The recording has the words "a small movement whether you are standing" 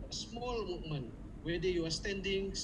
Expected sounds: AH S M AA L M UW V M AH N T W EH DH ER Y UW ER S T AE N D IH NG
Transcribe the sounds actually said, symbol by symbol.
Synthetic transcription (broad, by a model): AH S M AA L M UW M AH N W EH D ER Y UW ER S T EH N D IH NG